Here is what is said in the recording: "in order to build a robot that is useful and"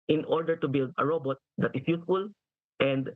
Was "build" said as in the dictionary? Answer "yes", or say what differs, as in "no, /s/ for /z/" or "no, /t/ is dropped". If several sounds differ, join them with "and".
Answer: yes